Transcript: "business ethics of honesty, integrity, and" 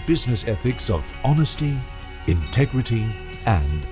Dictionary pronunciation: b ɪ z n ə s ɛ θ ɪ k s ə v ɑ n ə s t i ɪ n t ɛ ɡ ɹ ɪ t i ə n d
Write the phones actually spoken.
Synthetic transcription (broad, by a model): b ɪ z n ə s ɛ θ ɪ k s ə v ɑ n ə s t i ɪ n t ɛ ɡ ɹ ɪ t i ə n